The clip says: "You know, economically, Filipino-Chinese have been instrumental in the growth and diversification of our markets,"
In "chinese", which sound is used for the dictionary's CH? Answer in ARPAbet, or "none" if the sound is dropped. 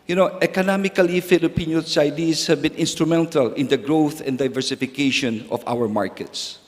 S